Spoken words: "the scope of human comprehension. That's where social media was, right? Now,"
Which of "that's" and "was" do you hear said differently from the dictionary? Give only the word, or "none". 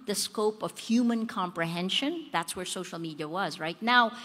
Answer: none